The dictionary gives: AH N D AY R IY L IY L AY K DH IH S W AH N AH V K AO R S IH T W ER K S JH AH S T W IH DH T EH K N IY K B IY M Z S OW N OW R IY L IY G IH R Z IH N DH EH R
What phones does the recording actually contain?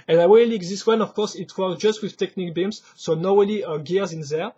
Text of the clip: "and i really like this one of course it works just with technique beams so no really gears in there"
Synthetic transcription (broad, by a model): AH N AY W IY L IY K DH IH S W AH N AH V K AO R S IH T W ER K JH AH S T W IH DH T EH K N IY K B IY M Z S OW N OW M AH L IY G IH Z IH N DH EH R